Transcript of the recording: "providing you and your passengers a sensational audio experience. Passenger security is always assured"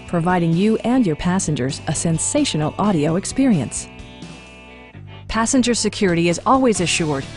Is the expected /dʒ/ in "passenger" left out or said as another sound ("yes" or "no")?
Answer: no